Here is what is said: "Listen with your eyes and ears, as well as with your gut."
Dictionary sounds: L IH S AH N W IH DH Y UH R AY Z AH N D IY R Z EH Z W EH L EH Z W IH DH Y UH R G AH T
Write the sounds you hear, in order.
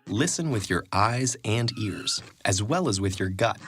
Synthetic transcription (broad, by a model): L IH S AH N W IH DH Y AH R AY Z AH N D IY R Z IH Z W EH L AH Z W IH DH Y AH R G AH T